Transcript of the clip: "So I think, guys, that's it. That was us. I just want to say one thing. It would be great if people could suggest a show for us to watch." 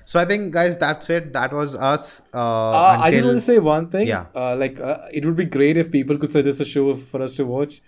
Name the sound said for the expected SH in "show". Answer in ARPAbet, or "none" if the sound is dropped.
SH